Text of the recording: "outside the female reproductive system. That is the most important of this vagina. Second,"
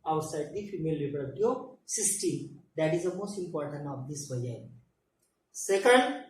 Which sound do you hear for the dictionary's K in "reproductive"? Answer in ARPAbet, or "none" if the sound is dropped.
none